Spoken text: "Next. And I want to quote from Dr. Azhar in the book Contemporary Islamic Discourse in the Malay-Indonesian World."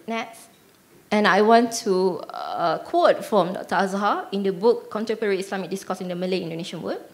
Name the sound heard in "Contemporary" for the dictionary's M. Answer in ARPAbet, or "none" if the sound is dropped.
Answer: none